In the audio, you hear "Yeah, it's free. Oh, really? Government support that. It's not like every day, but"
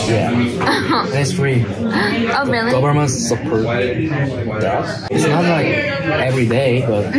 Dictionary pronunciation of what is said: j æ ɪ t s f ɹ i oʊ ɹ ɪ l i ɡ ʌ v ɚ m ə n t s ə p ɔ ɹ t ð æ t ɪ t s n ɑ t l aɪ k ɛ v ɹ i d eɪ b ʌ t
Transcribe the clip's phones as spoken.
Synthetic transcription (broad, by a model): j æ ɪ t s f ɹ i oʊ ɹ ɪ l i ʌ b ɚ m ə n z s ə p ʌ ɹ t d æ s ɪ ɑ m l aɪ k ɛ v ɹ i d eɪ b ʌ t